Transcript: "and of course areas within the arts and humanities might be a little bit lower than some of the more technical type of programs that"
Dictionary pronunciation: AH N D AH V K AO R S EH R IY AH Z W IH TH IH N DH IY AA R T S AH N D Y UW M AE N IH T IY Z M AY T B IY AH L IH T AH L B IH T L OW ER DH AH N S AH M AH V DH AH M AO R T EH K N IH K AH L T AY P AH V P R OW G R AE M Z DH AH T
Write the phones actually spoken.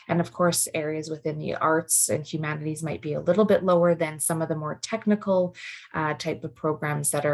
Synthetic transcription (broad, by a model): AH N AH V K AO R S EH R IY AH Z W IH TH IH N DH IY AA R T S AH N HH Y UW M AE N IH T IY Z M AY T B IY AH L IH T L B IH T L OW ER DH AH N S AH M AH V DH AH M AO R T EH K N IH K L T AY P AH V P R OW G R AE M Z DH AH T